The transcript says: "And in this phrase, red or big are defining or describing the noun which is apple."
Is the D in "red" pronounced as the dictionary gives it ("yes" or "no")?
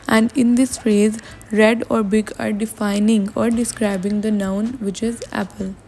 yes